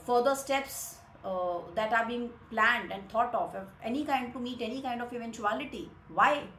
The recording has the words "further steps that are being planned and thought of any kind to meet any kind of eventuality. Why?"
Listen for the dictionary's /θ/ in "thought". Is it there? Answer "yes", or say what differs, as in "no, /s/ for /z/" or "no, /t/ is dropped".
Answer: no, /t/ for /θ/